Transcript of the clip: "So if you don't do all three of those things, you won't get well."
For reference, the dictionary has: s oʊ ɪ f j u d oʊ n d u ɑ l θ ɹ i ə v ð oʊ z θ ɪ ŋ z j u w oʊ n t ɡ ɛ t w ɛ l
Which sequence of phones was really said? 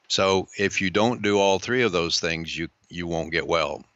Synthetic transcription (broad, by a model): s oʊ ɪ f j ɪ d oʊ n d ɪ ɑ l θ ɹ i ə v ð oʊ z θ ɪ ŋ z j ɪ w oʊ n ɡ ɛ t w ɛ l